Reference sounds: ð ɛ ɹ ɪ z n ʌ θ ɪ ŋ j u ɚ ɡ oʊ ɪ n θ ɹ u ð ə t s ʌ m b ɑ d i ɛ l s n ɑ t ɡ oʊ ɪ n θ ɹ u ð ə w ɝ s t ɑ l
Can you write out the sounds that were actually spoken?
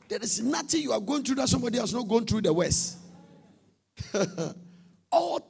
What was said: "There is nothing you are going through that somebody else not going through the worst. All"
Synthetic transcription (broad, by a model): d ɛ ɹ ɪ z n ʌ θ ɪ j u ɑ ɡ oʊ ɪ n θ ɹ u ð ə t s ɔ m b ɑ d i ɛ s n ɑ t ɡ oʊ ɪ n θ ɹ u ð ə w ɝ s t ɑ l